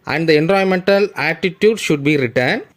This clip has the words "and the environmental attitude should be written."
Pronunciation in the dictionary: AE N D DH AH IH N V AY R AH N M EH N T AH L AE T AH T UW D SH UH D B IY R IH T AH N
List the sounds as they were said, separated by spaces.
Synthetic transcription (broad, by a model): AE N D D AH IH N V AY AH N M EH N T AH L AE T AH T UW D SH UH D B IY R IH T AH N